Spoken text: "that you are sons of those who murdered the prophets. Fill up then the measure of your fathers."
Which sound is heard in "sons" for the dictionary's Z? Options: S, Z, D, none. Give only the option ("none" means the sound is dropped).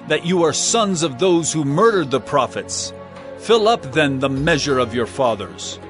Z